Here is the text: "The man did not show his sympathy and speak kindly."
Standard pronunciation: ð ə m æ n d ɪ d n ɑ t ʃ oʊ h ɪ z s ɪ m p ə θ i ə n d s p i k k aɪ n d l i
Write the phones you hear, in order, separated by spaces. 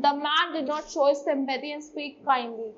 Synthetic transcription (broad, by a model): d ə m æ n d ɪ d n ɑ t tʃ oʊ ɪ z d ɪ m b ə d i ə n d s p i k k aɪ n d l i